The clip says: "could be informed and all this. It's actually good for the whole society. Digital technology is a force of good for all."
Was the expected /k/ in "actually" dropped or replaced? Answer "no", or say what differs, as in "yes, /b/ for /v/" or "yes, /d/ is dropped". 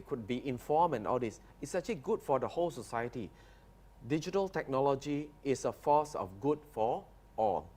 yes, /k/ is dropped